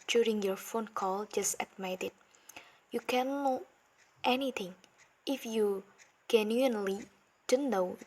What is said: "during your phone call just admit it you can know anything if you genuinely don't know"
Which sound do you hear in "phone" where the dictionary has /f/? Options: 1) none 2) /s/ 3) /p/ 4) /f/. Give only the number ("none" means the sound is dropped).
4